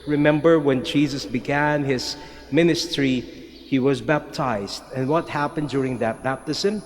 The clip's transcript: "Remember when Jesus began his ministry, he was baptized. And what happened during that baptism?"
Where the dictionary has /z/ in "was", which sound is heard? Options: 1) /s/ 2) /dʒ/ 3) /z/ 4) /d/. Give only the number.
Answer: 3